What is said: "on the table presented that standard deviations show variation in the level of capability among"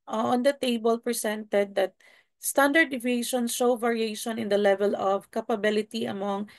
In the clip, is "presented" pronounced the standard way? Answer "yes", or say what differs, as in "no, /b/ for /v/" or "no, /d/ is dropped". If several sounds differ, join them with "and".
no, /s/ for /z/